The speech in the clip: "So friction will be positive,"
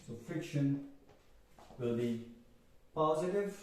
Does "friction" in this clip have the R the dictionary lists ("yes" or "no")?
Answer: no